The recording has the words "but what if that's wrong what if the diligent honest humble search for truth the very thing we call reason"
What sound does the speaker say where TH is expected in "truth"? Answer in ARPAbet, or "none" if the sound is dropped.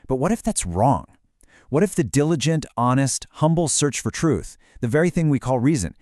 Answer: TH